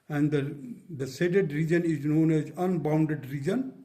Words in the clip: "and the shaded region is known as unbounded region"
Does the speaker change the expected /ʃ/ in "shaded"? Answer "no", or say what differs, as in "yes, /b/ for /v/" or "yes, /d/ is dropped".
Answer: yes, /s/ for /ʃ/